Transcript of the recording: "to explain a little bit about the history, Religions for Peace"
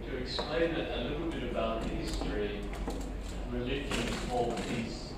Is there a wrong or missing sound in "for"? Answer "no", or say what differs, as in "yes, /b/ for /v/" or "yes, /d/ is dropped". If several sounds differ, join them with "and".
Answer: yes, /l/ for /ɹ/